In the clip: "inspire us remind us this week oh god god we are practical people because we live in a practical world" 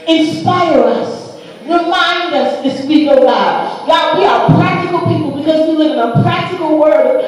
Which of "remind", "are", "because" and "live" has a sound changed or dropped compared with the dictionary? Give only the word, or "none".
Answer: none